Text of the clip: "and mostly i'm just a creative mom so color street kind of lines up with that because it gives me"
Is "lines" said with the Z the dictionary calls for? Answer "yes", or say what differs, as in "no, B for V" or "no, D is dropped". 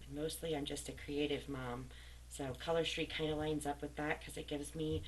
yes